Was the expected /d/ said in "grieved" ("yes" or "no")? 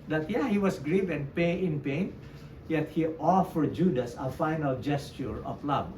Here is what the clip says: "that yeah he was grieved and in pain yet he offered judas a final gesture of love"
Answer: no